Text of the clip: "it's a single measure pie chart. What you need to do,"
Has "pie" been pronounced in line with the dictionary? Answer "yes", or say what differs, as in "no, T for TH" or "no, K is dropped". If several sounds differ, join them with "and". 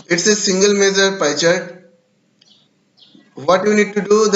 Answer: yes